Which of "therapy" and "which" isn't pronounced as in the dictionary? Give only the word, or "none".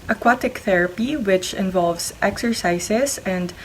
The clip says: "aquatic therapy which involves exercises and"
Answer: none